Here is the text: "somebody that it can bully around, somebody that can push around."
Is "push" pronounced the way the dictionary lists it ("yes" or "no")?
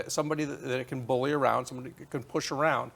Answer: yes